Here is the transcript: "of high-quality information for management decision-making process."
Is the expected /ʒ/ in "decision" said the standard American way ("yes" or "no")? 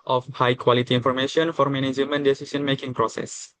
no